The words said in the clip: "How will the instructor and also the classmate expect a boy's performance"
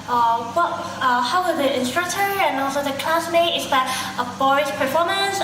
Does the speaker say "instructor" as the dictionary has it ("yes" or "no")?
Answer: yes